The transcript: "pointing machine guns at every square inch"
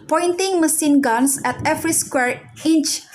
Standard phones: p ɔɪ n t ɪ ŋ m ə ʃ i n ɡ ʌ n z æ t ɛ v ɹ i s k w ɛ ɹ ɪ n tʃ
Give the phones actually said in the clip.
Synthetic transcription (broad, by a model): p ɔɪ n t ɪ ŋ m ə s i n ɡ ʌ n s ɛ t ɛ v ɹ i s k w ɛ ɹ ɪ n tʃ